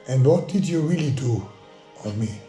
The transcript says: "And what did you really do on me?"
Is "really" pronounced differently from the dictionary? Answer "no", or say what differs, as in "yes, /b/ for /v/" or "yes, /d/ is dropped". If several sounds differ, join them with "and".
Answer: no